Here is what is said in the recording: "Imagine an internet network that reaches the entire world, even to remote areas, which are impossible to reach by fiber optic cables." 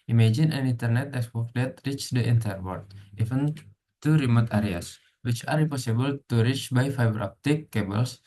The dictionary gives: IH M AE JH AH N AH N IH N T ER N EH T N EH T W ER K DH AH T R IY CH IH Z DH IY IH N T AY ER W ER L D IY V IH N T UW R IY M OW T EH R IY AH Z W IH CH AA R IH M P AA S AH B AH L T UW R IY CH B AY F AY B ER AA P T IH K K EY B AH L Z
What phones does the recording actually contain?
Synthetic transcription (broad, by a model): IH M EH JH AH N AH N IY N T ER N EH T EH S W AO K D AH T R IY CH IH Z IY N T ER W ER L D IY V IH N T UW R IY M OW T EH R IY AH S W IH CH AA R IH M P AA S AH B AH L T UW R IY CH B AY F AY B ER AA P T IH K K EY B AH L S